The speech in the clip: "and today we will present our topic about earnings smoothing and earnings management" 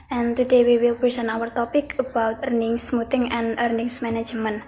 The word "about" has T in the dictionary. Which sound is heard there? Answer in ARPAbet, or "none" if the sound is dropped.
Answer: T